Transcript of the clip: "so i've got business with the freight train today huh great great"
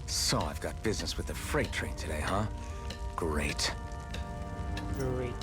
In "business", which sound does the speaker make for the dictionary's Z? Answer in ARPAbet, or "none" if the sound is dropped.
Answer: Z